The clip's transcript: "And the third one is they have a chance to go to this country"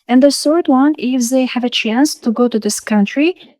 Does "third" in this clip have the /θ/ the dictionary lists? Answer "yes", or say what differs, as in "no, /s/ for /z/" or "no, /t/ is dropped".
no, /s/ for /θ/